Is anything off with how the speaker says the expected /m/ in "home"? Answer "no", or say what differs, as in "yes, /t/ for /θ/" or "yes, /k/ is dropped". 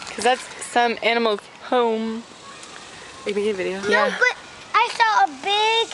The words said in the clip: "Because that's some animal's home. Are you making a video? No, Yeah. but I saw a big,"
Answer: yes, /m/ is dropped